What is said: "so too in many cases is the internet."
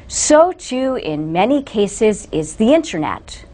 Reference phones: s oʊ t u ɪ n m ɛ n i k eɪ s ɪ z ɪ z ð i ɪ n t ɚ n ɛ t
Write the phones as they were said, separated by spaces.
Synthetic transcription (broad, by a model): s oʊ t u ɪ n m ɛ n i k eɪ s ɪ z ɪ z ð i ɪ n t ɚ n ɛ t